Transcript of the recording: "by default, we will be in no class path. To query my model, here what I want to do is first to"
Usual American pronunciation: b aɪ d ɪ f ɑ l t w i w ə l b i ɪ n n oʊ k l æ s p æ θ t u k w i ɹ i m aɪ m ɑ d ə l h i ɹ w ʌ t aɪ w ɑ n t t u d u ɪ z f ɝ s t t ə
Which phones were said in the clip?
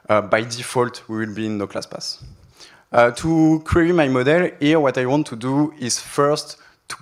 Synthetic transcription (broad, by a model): b aɪ d ɪ f ɑ l t w i w ə l b i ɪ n n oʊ k l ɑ s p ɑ s t u k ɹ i i m aɪ m ɑ d ə l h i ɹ w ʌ t aɪ w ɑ n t t u d u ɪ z f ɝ s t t